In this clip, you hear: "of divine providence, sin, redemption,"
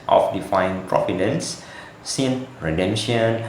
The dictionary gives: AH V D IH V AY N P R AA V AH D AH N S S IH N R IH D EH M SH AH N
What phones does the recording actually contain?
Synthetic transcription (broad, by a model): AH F D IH F AY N P R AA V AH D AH N S S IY N R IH D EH M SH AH N